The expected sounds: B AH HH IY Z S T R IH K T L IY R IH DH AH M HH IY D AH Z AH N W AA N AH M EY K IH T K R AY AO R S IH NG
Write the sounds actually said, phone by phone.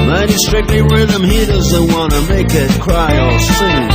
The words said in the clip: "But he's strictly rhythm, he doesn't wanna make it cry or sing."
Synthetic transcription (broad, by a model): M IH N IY S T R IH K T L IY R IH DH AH M HH IY D AH Z AH N W AA N AH M EY K IH T K R AY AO L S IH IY